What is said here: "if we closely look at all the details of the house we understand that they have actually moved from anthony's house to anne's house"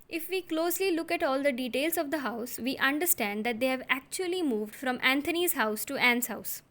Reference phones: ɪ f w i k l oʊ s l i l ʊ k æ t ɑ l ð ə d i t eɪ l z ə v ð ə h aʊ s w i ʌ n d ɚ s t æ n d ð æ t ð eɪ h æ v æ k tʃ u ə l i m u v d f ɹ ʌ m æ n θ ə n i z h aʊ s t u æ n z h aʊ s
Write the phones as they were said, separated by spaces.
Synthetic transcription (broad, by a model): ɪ f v i k l oʊ s l i l ʊ k æ t ɑ l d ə d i t eɪ l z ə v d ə h aʊ s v i ʌ n d ɚ s t æ n d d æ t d eɪ h æ v æ k tʃ u ə l i m u v d f ɹ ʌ m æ n t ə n i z h aʊ s t u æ n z h aʊ s